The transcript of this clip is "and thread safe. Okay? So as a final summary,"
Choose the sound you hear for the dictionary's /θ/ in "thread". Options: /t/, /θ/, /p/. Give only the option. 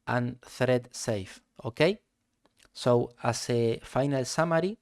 /θ/